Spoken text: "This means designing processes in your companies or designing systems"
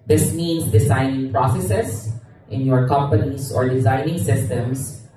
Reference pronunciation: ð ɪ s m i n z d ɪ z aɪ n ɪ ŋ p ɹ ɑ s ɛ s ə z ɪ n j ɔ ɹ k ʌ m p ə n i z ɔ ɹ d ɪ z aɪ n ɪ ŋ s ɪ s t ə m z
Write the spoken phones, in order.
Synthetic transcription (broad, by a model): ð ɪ s m i n s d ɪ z aɪ n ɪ ŋ p ɹ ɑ s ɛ s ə s ɪ n j ɔ ɹ k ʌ m p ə n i s ɔ ɹ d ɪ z aɪ n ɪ ŋ s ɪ s t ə m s